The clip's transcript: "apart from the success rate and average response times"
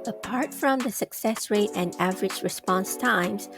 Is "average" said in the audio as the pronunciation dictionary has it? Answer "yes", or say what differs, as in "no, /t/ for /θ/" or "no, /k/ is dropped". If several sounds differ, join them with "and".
yes